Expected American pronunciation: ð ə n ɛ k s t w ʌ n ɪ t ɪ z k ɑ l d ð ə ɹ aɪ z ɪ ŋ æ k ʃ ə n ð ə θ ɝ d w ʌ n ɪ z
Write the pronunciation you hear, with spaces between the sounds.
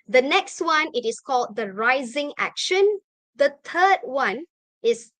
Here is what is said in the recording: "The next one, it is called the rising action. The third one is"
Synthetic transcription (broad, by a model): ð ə n ɛ k s t w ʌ n ɪ t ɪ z k ɑ l d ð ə ɹ aɪ z ɪ ŋ æ k ʃ ə n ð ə t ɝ d w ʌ n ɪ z